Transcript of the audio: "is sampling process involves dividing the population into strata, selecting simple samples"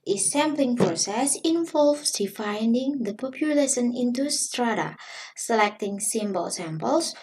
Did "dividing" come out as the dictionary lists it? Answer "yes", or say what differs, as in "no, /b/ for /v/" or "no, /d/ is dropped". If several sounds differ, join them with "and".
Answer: no, /f/ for /v/